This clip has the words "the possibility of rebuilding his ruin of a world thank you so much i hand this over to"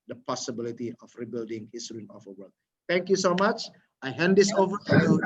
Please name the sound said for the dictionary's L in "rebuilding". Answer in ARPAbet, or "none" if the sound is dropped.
L